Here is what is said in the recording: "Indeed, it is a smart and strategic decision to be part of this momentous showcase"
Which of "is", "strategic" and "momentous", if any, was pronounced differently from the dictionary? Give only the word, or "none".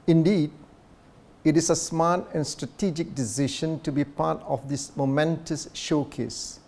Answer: is